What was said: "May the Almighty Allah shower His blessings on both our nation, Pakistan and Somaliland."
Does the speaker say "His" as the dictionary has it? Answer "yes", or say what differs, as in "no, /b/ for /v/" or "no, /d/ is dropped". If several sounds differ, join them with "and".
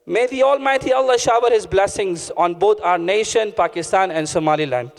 yes